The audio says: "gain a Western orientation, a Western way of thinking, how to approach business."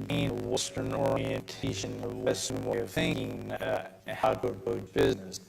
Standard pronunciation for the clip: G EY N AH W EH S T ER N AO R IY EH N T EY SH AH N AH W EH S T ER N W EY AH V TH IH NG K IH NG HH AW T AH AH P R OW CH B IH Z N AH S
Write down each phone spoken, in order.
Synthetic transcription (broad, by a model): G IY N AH W EH S T ER N AO R IY EH N T EY SH AH N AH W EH S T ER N W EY AH V TH IH NG K IH NG HH AW T AH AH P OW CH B IH Z N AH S